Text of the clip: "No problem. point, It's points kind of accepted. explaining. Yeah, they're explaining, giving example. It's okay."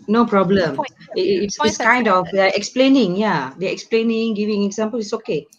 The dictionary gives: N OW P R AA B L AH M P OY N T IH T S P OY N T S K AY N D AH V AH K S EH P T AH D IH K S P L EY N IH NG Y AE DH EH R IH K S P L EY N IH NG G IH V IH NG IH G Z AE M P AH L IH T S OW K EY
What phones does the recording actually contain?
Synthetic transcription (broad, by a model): N OW P R AA B L AH M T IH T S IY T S K AY N D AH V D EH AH IH K S P L EY N IH NG Y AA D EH IH K S P L EY N IH NG G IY V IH NG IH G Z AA M P AH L IH T S OW K EY